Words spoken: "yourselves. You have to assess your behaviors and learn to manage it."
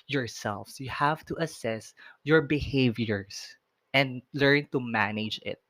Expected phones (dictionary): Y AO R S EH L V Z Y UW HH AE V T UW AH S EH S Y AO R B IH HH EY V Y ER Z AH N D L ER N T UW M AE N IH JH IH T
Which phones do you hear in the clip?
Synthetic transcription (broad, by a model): Y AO R S EH L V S Y UW HH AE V T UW AH S EH S Y AO R B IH HH EY V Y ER S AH N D L ER N T UW M AE N IH JH IH T